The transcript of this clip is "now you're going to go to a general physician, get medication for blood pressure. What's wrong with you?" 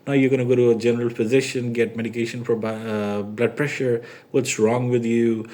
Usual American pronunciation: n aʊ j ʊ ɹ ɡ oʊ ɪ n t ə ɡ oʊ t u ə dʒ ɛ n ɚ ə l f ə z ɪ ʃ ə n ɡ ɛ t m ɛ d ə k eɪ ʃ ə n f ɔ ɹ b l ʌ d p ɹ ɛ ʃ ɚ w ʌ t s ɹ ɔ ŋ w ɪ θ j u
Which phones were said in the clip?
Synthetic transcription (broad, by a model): n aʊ j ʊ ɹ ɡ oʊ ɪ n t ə ɡ oʊ t u ə dʒ ɛ n ɚ ə l p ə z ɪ ʃ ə n ɡ ɛ t m ɛ d ə k eɪ ʃ ə n f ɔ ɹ b l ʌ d p ɹ ɛ ʃ ɚ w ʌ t s ɹ ɔ ŋ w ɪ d j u